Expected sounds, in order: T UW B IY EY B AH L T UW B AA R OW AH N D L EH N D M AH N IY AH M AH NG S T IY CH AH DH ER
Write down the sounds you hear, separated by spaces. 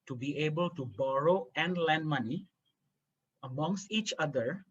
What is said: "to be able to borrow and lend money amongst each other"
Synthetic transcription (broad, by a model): T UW B IY EY B AH L T UW B AA R OW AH N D L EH N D M AH N IY AH M AH NG S T IY CH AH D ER